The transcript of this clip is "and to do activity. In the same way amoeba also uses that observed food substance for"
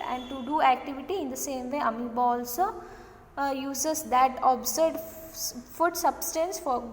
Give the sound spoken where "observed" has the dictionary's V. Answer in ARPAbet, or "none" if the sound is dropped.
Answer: none